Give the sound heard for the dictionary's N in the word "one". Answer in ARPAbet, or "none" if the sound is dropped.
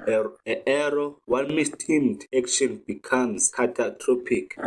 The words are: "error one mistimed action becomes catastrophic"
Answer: L